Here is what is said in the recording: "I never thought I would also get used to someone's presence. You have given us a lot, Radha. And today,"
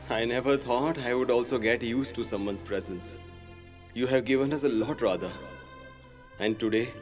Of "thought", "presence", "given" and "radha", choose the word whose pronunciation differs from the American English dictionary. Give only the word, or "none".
thought